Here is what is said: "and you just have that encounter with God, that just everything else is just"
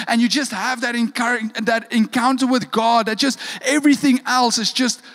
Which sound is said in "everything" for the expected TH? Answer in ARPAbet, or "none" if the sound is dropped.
TH